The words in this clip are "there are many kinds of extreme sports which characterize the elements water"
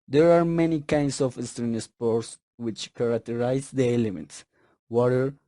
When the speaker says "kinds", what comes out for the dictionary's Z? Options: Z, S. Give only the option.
S